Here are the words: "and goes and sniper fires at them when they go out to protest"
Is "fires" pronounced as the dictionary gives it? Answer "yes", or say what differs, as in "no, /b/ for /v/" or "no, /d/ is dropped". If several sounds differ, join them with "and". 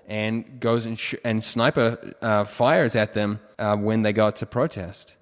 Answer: yes